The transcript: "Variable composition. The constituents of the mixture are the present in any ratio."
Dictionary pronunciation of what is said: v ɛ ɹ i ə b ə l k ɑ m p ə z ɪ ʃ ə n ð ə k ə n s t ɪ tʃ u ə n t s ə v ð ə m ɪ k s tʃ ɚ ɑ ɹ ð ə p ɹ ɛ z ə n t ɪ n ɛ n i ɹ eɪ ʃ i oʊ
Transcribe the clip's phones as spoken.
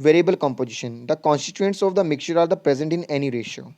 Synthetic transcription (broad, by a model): v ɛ ɹ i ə b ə l k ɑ m p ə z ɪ ʃ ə n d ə k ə n s t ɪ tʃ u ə n t s ə v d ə m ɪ k tʃ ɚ ɑ ɹ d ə p ɹ ɛ z ə n t ɪ n ɛ n i ɹ eɪ ʃ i oʊ